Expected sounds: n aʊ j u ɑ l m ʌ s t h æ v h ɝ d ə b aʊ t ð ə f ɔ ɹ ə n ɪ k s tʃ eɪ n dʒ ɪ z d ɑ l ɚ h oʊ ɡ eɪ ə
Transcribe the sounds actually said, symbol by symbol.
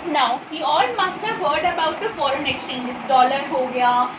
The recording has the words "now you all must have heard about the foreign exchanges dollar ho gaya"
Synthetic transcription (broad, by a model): n aʊ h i ɑ l m ʌ s t h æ v h ɝ d ə b aʊ t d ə f ɔ ɹ ə n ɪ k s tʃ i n ɪ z d ɑ l ɚ h oʊ ɡ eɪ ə